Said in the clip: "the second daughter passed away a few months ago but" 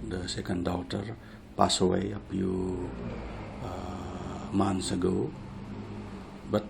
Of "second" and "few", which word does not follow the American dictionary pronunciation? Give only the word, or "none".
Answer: few